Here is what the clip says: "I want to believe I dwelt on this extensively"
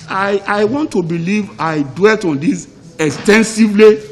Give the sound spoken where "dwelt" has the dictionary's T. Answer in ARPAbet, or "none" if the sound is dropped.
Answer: T